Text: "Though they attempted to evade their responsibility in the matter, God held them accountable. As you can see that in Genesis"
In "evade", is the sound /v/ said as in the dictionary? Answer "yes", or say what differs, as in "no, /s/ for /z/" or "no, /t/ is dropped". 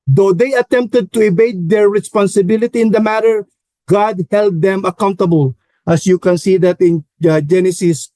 no, /b/ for /v/